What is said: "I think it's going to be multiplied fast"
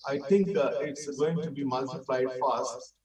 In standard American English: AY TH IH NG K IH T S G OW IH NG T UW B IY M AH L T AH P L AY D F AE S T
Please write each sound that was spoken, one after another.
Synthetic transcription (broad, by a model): AY T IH NG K IH T S G OW IH NG T UW B IY M AH L T AH P L AY D F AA S T